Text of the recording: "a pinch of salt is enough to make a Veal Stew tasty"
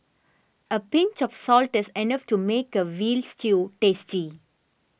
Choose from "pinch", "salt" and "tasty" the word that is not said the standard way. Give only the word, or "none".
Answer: none